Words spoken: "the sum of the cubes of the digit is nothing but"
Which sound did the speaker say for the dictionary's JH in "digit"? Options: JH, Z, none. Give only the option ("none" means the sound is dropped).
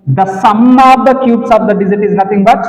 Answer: Z